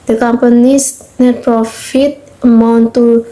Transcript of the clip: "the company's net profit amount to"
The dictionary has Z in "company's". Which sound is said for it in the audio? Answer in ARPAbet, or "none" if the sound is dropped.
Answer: S